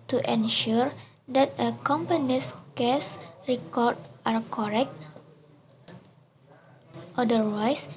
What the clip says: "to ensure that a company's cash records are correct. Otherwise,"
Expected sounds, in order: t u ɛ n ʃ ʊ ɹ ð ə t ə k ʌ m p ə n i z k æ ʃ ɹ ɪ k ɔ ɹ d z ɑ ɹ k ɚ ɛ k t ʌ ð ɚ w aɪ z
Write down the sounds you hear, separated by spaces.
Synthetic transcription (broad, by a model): t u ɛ n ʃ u ɹ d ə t ə k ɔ m p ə n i s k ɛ s ɹ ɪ k ɔ ɹ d ɑ ɹ k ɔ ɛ k t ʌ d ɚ w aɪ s